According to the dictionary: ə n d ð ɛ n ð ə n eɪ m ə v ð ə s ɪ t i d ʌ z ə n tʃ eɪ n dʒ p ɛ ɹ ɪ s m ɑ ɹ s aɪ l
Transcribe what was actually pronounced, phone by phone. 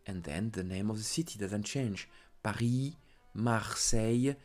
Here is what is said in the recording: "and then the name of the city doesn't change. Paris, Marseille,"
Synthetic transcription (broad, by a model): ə n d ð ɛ n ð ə n eɪ m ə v ð ə s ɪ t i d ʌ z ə n tʃ eɪ n dʒ p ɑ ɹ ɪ m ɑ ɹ s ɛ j